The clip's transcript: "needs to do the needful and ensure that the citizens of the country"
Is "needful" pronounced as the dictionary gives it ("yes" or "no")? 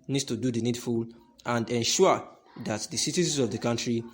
yes